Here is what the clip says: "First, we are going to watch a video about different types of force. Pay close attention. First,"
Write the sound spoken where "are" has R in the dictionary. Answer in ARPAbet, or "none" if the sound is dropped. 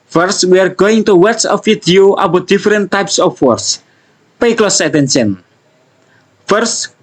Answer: R